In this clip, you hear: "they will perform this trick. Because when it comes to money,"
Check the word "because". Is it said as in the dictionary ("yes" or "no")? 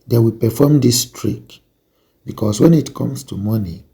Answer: no